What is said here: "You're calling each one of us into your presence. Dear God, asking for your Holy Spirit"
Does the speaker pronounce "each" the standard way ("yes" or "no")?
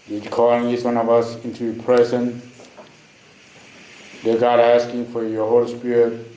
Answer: no